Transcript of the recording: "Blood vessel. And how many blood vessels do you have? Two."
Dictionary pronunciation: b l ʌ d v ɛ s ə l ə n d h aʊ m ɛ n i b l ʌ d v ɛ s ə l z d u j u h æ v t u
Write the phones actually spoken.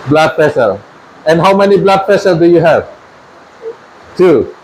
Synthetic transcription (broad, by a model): b l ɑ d p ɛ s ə l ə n h aʊ m ɛ n i b l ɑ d p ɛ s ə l d u j u h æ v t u